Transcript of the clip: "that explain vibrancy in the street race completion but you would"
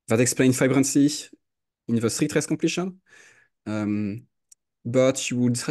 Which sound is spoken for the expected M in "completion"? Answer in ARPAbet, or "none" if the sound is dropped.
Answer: none